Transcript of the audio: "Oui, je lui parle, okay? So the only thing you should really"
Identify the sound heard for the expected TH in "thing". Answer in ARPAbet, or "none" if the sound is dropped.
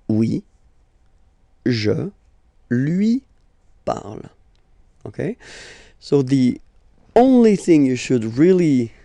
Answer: TH